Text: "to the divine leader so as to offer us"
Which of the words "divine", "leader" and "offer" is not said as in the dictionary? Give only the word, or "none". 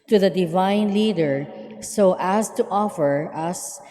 none